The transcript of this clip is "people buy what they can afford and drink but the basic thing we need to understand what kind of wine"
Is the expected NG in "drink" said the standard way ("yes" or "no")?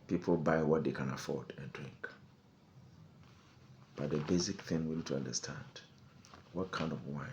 yes